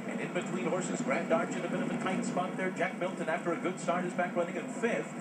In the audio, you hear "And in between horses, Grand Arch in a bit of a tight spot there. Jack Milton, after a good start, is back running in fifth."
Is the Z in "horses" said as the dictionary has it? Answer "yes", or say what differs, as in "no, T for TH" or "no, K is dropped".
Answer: yes